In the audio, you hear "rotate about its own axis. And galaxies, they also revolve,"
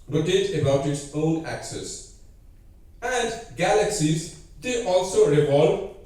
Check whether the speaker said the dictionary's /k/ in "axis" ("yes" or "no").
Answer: yes